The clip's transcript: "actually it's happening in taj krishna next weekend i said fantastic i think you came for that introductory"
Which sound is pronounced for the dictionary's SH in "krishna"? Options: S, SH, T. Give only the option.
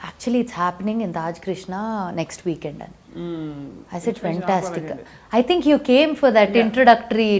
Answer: SH